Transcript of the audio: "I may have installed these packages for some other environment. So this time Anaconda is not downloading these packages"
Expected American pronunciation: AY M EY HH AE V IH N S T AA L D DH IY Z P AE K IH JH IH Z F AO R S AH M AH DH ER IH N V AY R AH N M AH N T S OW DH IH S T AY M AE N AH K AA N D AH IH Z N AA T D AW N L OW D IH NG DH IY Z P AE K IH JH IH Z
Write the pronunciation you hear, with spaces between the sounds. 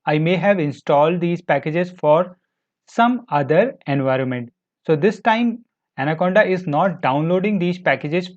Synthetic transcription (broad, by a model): AY M EY HH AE V IH N S T AA L D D IY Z P AE K IH JH IH Z F AO R S AH M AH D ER IH N V AY R AH N M AH N T S OW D IH S T AY M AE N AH K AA N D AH IH Z N AA T D AW N L OW D IH NG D IY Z P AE K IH JH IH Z